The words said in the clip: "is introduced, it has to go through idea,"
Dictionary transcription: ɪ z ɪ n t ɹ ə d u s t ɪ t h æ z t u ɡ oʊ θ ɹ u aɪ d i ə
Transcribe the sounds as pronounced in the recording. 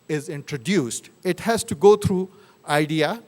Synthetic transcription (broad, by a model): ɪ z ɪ n t ɹ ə d u s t ɪ t h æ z t u ɡ oʊ t ɹ u aɪ d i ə